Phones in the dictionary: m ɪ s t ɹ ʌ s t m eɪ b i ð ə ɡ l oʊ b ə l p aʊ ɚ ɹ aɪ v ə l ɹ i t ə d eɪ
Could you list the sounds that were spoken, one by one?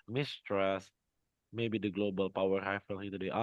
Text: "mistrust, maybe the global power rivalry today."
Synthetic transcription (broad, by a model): m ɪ s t ɹ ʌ s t m eɪ b i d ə ɡ l oʊ b ə l p aʊ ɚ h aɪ f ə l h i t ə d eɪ